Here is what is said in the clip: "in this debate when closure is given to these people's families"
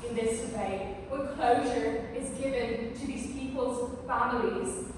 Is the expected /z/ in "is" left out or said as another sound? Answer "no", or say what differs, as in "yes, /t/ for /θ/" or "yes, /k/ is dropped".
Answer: no